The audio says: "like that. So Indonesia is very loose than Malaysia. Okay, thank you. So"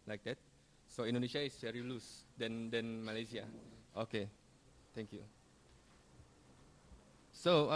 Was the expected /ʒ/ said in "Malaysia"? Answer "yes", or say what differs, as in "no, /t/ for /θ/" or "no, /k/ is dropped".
no, /s/ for /ʒ/